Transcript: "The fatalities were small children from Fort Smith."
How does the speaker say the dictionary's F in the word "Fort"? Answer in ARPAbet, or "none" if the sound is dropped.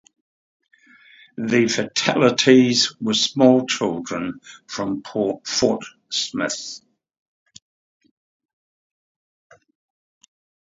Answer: P